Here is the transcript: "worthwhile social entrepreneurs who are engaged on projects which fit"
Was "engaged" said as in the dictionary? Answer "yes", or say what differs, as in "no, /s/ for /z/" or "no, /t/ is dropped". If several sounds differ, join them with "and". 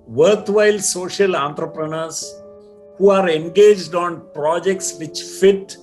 yes